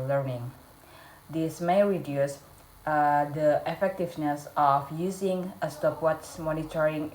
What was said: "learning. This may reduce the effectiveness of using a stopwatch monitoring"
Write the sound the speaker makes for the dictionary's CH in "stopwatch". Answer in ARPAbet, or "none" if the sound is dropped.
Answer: S